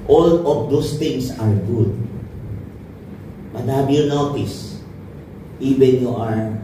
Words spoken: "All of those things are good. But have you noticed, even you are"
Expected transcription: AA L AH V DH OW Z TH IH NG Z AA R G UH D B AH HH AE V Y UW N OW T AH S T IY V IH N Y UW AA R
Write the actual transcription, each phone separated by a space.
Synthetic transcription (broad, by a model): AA L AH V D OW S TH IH NG S AA R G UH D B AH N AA B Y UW N OW T AH S T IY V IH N Y UW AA R